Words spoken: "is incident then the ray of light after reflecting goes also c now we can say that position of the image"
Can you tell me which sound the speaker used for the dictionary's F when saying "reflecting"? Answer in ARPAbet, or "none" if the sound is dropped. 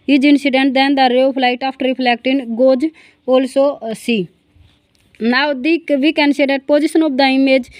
P